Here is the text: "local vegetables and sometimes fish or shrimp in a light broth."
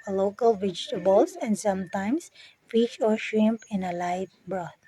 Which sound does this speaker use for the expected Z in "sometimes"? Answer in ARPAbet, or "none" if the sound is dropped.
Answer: S